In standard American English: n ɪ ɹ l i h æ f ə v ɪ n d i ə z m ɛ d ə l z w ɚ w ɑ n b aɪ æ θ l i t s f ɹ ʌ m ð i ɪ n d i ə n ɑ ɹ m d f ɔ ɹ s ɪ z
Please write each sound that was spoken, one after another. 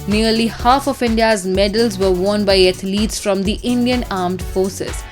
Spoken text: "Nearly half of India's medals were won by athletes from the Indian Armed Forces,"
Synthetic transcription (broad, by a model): n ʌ ɹ l i h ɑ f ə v ɪ n d i ə z m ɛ d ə l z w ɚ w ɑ n b aɪ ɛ t l i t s f ɹ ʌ m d i ɪ n d i ə n ɑ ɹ m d f ɔ ɹ s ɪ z